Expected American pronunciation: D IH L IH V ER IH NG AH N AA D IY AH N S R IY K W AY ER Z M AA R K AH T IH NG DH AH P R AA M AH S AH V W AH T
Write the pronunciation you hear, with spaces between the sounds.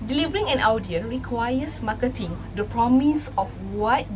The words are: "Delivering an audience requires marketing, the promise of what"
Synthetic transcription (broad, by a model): D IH L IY V ER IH NG AH N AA D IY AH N R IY K W AY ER S M AA K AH T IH NG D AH P R AA M AH S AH F W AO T